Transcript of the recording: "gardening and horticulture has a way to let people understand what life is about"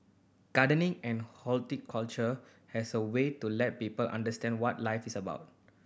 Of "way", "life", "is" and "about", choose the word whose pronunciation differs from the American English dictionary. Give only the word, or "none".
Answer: is